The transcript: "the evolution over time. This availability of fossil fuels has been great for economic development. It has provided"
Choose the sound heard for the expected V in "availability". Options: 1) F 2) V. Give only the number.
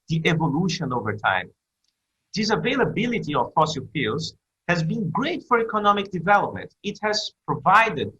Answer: 2